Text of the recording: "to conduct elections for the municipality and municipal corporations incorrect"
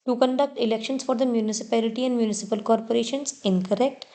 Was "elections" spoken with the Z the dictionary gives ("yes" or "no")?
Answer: no